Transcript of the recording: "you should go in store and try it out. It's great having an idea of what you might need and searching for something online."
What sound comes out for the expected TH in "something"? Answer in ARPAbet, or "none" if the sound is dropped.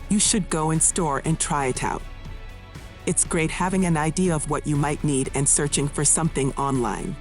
TH